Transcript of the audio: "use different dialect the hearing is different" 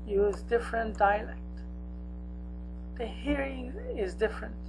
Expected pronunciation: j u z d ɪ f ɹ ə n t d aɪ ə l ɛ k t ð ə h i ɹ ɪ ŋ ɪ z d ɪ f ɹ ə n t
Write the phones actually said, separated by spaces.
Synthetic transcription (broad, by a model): j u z d ɪ f ɹ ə n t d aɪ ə l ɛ k t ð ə h i ɹ ɪ ŋ ɪ z d ɪ f ɹ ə n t